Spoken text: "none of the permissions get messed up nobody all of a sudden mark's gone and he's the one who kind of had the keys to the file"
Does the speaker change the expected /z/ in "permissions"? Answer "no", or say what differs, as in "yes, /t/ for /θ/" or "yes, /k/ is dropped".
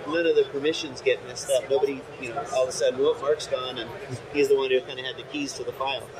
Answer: no